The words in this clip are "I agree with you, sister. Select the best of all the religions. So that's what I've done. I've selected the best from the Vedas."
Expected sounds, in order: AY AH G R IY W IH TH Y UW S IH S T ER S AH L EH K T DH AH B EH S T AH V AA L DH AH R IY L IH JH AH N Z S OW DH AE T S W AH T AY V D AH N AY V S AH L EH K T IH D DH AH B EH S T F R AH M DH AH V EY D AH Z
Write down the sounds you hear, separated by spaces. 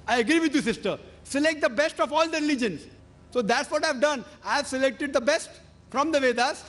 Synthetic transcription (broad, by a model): AY AH G R IY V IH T Y UW S IH S T ER S AH L EH K T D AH B EH S T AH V AA L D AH R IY L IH JH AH N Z S OW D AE T S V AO T AY V D AH N AY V S AH L EH K T IH D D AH B EH S T F R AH M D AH V EY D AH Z